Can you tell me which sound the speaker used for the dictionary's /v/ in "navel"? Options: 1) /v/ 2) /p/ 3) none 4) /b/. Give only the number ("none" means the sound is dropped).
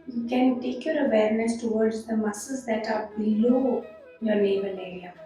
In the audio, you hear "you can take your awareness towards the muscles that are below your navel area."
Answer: 4